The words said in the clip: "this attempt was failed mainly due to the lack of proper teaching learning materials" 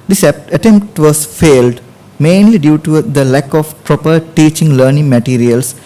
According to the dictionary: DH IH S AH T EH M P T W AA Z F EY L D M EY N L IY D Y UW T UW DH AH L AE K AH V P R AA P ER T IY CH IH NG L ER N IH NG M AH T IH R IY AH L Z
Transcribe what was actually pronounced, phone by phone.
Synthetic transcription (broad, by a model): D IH S AH T EH M P T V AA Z F EY L D M EY N L IY D Y UW T UW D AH L AE K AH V P R AA P ER T IY CH IH NG L ER N IH NG M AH T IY R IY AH L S